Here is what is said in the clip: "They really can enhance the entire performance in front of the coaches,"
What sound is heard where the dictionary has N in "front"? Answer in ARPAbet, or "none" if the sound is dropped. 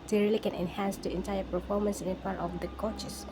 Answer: none